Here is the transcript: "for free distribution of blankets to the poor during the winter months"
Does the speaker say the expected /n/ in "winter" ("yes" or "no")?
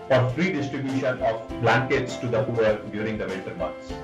no